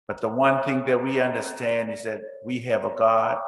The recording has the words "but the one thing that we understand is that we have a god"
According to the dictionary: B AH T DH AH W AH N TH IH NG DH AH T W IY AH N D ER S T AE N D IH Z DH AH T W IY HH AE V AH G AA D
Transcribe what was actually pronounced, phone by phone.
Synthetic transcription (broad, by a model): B AH T DH AH W AH N TH IH NG DH AH T W IY AH N D ER S T AE N D IH Z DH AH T W IY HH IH V AH G AA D